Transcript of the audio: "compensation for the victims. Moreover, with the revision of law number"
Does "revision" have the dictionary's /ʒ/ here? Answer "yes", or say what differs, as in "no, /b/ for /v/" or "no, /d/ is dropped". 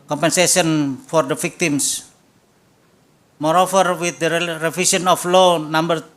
no, /s/ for /ʒ/